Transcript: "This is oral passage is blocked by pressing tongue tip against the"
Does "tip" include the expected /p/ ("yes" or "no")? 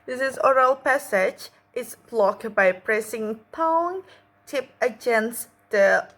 yes